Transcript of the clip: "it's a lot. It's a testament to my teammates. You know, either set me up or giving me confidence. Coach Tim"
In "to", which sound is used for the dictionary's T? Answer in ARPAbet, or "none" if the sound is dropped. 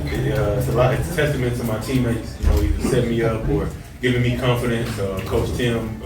S